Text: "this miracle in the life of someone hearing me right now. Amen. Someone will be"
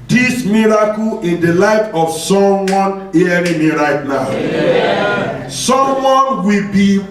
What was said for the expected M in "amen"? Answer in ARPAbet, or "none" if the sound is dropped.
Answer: none